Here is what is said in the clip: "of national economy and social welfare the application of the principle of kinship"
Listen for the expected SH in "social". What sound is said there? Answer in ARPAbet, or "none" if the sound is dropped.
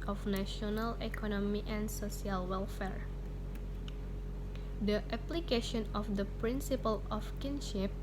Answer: S